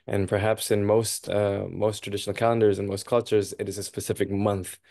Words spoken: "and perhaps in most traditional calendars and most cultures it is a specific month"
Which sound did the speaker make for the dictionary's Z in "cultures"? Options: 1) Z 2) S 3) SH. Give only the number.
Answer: 1